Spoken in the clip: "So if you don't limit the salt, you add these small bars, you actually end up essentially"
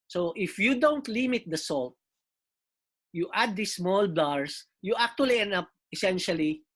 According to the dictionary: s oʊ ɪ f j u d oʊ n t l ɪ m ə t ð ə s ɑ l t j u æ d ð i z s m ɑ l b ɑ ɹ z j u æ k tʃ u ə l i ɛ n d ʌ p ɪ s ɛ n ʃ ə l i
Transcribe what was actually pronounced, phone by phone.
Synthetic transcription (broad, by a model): s oʊ ɪ f j u d oʊ n t l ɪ m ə t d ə s ɑ l t j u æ d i s m ɑ l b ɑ ɹ s j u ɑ k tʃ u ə l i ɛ n ʌ p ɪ s ɛ n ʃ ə l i